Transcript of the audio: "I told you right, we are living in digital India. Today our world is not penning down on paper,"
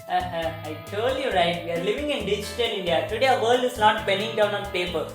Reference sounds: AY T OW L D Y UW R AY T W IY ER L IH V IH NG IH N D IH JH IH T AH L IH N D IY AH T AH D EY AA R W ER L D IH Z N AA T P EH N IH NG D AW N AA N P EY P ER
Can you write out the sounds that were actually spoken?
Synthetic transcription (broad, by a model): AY T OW L Y UW R AY T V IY ER L IH V IH NG IH N D IH JH IH T AH L IH N D IY AH T AH D EY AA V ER L D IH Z N AA T B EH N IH NG D AW N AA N P EY P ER